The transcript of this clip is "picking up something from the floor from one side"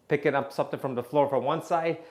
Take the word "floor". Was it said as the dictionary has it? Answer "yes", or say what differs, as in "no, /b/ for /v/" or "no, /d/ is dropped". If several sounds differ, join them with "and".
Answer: yes